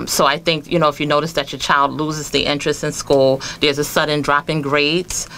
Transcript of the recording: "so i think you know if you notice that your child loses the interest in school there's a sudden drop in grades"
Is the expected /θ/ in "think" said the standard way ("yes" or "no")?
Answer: yes